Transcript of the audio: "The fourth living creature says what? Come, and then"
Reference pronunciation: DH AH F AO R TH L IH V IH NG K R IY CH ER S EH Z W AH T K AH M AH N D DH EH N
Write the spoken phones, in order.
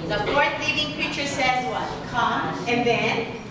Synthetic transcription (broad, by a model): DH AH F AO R T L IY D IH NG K R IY CH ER S EH Z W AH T K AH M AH N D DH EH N